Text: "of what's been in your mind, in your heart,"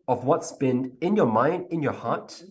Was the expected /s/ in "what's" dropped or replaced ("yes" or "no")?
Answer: no